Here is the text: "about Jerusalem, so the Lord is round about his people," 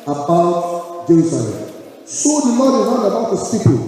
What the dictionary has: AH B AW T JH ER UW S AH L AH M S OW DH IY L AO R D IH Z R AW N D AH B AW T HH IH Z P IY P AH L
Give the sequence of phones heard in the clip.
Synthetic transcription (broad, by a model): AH B AW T JH ER UW S AH L AH M S OW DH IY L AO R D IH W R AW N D AH B AW T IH S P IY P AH